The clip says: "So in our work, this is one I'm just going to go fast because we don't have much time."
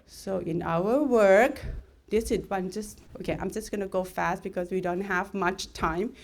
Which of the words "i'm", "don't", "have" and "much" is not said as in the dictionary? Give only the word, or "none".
none